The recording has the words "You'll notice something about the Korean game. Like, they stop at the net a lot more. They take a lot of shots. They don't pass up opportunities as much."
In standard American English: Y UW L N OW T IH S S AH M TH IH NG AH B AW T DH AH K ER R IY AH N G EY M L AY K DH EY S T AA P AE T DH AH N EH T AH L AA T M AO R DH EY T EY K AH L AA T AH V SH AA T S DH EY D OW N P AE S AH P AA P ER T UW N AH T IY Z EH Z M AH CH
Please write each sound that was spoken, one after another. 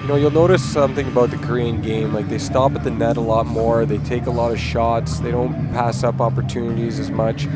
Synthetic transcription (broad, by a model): Y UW L N OW T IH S S AH M TH IH NG AH B AW T DH AH K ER R IY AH N G EY M L AY K DH EY S T AA P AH T DH AH N EH T AH L AA T M AO R DH EY T EY K AH L AA T AH V SH AA T S DH EY D OW N P AE S AH P AA P ER T UW N AH T IY Z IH Z M AH CH